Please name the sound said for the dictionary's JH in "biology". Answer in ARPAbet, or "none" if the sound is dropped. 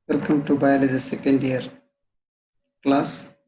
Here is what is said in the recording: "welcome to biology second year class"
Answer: Z